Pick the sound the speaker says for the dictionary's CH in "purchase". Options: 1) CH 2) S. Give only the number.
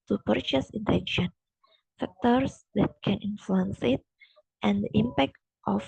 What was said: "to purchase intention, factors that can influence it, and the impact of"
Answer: 1